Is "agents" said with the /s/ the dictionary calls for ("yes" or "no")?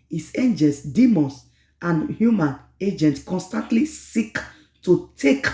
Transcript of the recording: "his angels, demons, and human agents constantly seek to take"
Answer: no